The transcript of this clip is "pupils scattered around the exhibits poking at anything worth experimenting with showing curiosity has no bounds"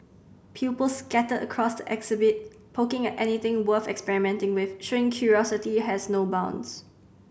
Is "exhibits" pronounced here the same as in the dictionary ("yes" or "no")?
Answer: no